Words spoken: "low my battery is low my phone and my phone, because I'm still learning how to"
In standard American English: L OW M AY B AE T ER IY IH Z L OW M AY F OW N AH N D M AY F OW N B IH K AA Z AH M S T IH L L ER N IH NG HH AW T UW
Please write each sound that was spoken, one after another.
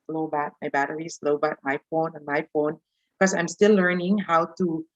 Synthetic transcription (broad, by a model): L OW M AY B AE T ER IY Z L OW M AY F OW N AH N M AY F OW N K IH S AA AH M S T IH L L ER N IH NG HH AW T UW